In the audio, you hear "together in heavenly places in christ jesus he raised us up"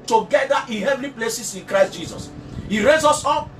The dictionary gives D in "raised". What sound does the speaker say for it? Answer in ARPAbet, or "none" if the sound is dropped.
none